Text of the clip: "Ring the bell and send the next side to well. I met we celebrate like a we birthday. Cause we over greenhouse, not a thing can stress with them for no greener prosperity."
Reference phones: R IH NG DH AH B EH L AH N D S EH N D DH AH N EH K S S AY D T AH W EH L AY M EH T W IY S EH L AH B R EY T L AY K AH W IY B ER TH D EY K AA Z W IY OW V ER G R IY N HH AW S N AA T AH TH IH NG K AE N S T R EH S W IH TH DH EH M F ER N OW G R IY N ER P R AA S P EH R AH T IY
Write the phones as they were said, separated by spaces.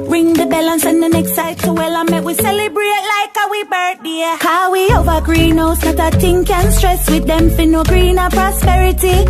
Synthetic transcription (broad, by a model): R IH NG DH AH B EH L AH N S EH N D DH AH N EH K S S AY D T AH W EH L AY M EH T W IY S EH L AH B R EY T L AY K AH W IY B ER T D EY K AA W IY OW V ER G R IY N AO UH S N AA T AH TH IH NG K AE N S T R EH S W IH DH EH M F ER N OW G R IY N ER P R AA S P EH R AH T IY